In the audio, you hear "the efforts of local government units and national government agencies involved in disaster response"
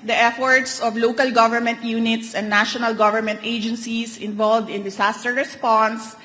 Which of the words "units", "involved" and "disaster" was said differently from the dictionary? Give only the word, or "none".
disaster